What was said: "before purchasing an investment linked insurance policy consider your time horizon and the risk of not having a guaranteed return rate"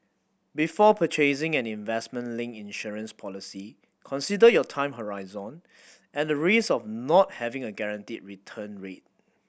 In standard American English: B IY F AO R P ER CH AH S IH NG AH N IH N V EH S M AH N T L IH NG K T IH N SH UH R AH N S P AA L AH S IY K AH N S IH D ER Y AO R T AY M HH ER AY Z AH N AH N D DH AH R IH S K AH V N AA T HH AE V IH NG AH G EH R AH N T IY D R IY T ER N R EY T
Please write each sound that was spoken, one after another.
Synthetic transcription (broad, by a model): B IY F AO P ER CH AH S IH NG AH N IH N V EH S M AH N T L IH NG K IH N SH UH R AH N S P AA L AH S IY K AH N S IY D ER Y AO T AY M HH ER AY Z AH N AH N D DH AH R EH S AH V N AA T HH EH V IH NG AH G EH R AH N T IY D R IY T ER N R EY T